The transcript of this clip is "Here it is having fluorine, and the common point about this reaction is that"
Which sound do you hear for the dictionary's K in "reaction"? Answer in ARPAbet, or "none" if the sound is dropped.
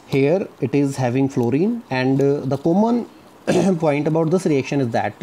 K